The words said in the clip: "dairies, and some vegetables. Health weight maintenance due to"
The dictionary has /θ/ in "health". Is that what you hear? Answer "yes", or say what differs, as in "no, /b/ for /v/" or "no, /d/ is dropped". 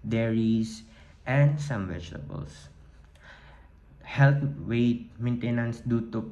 no, /t/ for /θ/